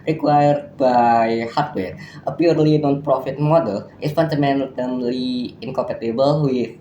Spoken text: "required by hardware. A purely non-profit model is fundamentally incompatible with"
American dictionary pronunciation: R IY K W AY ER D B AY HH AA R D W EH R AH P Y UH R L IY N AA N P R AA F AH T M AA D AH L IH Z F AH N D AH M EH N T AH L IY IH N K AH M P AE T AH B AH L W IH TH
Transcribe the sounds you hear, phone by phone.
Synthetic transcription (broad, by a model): R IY K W AY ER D B AY HH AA R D W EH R AH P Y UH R L IY N AA N P R AA F AH T M AA D AH L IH S F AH N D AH M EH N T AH L IY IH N K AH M P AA T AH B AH L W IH